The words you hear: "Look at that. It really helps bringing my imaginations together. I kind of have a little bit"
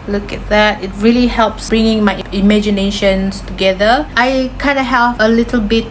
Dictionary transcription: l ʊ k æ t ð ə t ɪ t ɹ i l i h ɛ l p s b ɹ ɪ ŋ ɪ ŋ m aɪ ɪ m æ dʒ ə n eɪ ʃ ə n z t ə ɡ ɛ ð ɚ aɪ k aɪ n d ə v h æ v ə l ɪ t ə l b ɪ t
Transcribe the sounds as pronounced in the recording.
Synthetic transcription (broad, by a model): l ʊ k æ t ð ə t ɪ t ɹ i l i h ɛ l p s b ɹ ɪ ŋ ɪ ŋ m aɪ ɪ m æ dʒ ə n eɪ ʃ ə n s t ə ɡ ɛ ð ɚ aɪ k aɪ n d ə h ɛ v ə l ɪ t ə l b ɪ t